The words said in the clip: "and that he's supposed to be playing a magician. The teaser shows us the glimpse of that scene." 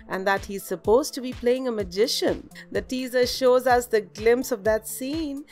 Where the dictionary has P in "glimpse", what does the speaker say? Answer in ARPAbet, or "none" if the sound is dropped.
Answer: P